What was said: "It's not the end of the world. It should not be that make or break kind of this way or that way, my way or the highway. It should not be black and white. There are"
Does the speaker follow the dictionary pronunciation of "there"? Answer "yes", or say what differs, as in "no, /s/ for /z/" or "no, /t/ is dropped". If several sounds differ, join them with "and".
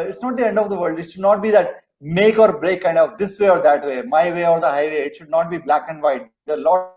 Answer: no, /l/ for /ɹ/